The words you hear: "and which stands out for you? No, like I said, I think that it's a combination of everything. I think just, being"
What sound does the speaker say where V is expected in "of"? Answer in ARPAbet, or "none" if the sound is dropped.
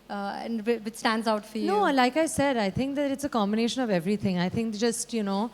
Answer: V